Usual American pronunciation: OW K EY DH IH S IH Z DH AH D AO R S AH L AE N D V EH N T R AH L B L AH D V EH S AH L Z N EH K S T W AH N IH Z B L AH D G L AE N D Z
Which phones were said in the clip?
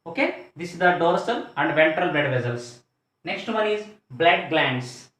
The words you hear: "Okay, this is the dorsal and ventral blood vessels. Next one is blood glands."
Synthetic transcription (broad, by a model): OW K EY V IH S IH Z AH D AO R S AH L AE N D V EH N T R AH L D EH D V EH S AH L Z N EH K S T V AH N IH Z B L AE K G L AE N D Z